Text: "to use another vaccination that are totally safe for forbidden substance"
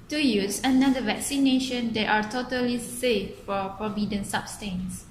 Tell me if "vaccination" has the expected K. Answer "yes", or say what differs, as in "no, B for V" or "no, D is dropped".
yes